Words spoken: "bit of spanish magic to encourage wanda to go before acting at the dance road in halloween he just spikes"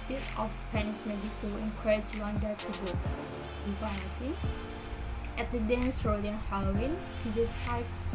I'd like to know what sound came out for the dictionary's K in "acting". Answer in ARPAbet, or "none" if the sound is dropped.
none